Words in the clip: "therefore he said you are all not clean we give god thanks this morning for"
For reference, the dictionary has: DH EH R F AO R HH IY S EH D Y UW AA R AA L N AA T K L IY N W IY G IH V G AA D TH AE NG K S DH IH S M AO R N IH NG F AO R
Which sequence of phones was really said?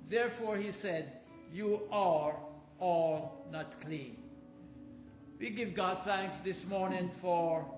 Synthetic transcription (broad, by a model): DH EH R F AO R HH IY S EH D Y UW AA R AA L N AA T K L IY N W IY G IH V G AA D TH AE NG K S DH IH S M AO R N IH NG F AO R